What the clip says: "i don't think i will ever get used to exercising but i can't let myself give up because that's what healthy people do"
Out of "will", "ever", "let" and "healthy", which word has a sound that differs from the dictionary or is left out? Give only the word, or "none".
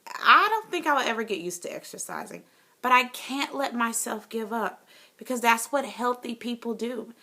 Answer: none